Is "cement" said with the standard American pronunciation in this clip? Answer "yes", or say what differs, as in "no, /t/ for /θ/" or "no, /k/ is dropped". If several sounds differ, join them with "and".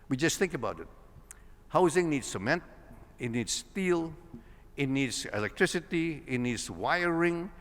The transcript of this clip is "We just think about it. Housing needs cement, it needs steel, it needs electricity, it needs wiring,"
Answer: yes